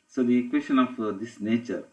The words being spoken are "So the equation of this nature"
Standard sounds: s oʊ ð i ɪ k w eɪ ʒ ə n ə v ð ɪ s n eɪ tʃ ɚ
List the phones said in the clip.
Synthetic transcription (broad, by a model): s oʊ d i k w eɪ s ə n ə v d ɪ s n eɪ tʃ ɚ